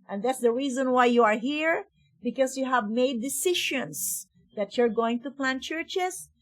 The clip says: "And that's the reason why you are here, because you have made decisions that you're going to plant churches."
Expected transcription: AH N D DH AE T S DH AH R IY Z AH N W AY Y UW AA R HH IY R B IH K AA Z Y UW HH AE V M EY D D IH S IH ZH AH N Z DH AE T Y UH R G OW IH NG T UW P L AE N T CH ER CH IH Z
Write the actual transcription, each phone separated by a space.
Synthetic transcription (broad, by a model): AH N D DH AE T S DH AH R IY Z AH N W AY Y UW AA R HH IY R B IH K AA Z Y UW HH AE V M EY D D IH S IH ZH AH N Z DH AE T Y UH R G OW IH NG T UW P L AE N CH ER CH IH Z